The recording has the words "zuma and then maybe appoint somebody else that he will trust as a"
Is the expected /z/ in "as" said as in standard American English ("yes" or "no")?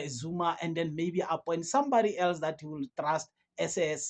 no